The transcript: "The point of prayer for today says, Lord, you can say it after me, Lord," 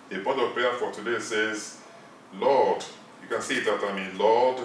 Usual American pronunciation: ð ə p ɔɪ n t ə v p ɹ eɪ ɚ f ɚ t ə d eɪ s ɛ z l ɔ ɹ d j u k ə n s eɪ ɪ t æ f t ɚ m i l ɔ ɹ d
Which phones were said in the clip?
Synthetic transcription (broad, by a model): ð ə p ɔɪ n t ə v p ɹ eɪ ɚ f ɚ t ə d eɪ s ɛ z l ɔ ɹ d j u k ə n s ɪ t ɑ t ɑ m i l ɔ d